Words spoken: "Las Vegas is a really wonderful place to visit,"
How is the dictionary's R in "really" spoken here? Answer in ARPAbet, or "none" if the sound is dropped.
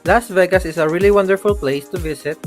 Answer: R